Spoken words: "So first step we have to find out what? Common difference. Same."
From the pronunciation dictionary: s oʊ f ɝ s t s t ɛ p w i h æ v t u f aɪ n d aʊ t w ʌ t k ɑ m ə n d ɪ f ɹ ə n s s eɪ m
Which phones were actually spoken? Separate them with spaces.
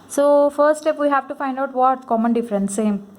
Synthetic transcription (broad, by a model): s oʊ f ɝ t s t ɛ p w i h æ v t u f aɪ n d aʊ t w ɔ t k ɑ m ə n d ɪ f ɹ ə n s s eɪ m